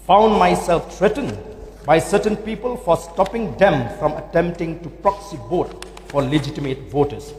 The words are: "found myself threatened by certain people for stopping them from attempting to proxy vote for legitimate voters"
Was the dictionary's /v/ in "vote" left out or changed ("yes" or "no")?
yes